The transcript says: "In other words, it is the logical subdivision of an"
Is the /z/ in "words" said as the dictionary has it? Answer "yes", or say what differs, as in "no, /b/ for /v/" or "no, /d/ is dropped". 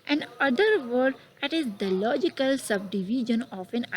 no, /z/ is dropped